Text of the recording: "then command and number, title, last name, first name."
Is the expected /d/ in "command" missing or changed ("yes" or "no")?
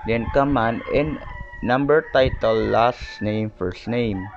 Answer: yes